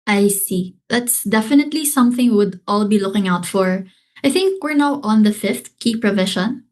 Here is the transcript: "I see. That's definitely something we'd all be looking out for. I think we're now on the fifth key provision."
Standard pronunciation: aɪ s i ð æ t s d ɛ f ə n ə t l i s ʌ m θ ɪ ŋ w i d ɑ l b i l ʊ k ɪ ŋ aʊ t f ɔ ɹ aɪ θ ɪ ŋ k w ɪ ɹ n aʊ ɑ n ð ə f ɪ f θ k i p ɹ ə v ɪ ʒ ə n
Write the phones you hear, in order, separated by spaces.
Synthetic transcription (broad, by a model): aɪ s i ð æ t s d ɛ f ə n ə t l i s ʌ m θ ɪ ŋ w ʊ d ɑ l b i l ʊ k ɪ ŋ aʊ t f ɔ ɹ aɪ θ ɪ ŋ k w ɪ ɹ n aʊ ɑ n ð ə f ɪ f θ k i p ɹ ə v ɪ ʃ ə n